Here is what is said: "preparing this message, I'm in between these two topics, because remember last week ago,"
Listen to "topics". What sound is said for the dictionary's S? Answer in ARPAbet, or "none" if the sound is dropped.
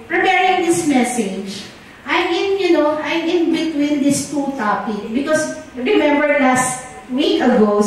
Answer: none